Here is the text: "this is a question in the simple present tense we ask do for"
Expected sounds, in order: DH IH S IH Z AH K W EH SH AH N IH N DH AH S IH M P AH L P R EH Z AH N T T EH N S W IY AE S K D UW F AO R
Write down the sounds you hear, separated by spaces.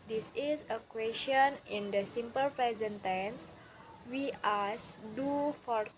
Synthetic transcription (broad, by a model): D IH S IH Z AH K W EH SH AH N IH N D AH S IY M P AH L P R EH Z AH N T T EH N S W IY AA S D UW F AO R